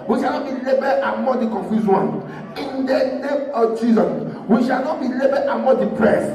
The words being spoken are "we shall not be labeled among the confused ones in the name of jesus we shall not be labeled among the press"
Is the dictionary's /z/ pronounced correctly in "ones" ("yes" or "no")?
no